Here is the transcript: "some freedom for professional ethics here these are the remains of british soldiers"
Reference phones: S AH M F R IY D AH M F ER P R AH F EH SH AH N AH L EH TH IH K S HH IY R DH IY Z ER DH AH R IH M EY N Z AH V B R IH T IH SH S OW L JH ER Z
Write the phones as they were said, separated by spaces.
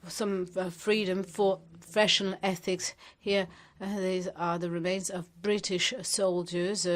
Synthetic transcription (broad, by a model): S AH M F R IY D AH M F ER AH F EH SH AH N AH L EH TH IH K S HH IY R DH IY Z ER DH AH R IH M EY N Z AH V B R IH T IH SH S OW L JH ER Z